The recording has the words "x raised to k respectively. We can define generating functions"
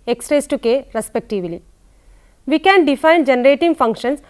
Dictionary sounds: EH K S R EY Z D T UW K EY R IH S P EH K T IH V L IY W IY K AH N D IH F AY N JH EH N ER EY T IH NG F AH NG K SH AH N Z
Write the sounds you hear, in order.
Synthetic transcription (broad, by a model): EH K S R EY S T UW K EY R IH S P EH K T IH V L IY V IY K AH N D IH F AY N JH EH N ER EY T IH NG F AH NG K SH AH N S